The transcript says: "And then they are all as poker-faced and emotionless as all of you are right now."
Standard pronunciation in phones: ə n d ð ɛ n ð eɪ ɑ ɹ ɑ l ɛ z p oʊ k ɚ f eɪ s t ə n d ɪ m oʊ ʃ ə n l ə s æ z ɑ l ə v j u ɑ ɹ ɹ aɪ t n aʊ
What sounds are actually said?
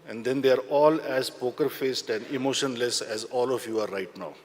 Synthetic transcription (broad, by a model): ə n d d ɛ n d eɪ ɑ ɹ ɑ l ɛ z p oʊ k ɚ f eɪ s t ə n d ɪ m oʊ ʃ ə n l ə s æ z ɑ l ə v j u ɑ ɹ ɹ aɪ t n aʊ